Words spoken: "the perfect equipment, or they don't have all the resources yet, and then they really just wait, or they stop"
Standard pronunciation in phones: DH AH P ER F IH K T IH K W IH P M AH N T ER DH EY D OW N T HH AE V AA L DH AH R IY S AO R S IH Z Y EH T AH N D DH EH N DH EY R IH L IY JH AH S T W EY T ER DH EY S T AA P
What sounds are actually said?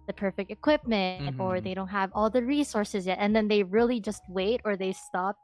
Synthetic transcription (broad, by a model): DH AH P ER F IH K T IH K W IH P M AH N T ER DH EY D OW N T HH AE V AA L DH AH R IY S AO R S IH Z Y EH T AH N DH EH N DH EY R IH L IY JH AH S T W EY T ER DH EY S T AA P